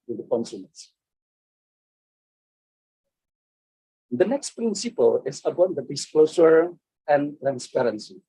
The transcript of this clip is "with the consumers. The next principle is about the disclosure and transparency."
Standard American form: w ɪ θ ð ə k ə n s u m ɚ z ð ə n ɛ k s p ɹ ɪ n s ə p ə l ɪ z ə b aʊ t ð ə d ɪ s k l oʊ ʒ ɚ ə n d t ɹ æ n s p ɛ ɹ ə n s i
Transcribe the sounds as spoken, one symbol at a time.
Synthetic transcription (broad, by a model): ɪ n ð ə k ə n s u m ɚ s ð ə n ɛ k s p ɹ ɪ n s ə p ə l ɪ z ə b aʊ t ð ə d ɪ s k l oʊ s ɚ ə n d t ɹ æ n s p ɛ ɹ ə n s i